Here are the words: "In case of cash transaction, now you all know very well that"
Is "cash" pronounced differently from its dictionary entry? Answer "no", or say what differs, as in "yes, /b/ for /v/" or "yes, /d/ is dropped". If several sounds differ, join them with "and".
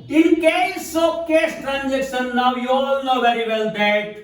yes, /s/ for /ʃ/